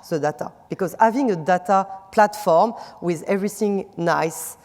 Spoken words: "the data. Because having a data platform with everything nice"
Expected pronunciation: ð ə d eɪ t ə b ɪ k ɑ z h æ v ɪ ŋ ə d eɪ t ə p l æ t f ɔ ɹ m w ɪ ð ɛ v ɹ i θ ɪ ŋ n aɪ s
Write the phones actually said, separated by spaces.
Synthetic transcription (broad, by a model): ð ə d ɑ t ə b ɪ k ɑ z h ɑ v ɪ ŋ ə d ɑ t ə p l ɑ t f ɔ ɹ m w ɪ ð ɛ v ɹ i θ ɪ ŋ n aɪ s